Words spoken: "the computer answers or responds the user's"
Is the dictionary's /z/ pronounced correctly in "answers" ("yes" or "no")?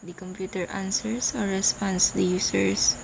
no